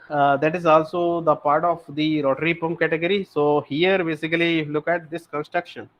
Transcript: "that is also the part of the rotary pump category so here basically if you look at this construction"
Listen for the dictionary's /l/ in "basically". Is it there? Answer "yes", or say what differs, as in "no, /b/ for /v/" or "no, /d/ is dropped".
no, /l/ is dropped